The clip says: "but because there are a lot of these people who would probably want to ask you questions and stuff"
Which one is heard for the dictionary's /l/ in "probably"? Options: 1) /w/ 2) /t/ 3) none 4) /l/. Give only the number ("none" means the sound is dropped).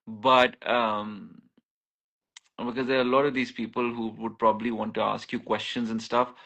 4